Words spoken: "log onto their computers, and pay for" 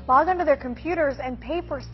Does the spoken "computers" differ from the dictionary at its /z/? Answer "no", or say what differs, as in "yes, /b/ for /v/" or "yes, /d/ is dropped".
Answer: no